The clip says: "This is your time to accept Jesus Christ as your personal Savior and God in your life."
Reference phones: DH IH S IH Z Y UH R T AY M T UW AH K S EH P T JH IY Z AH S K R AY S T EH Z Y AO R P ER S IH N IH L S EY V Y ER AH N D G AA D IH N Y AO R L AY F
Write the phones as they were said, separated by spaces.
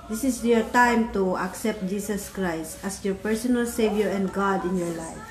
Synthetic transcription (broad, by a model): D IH S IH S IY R T AY M T UW AH K S EH P T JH IY S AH S K R AY S T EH S Y AO R P ER S IH N IH L S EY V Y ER AH N D G AA D IH N Y AO R L AY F